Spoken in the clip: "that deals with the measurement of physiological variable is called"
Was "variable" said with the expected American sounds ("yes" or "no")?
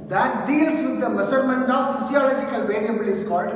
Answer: no